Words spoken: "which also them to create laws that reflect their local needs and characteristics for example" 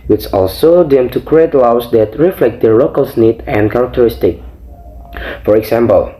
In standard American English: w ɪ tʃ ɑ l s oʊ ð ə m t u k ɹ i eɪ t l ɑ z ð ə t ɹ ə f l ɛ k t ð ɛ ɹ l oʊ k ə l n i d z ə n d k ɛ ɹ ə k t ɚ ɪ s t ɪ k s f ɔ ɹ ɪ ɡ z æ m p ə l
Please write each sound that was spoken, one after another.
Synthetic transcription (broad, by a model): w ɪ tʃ ɑ l s oʊ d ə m t u k ɹ i eɪ t l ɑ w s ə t ɹ ə f l ɛ k t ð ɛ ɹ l oʊ k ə l n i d ə n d k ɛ ɹ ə k t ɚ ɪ s t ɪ k f ɔ ɹ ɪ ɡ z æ m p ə l